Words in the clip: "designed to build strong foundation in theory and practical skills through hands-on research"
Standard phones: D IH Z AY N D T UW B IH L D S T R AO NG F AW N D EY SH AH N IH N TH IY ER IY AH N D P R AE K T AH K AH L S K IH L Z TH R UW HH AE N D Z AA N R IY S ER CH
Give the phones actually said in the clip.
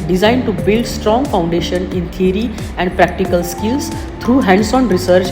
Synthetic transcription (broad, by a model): D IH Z AY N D T UW B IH L D S T R AO NG F AW N D EY SH AH N IH N T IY ER IY AH N D P R AE K T AH K AH L S K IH L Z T R UW HH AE N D S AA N R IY S ER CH